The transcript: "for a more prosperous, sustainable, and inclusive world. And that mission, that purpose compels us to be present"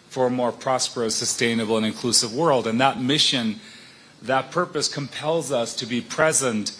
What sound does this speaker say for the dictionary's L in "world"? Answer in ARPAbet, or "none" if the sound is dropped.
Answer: L